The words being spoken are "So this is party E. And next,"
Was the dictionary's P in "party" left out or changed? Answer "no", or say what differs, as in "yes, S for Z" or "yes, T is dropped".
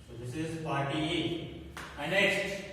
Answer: yes, F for P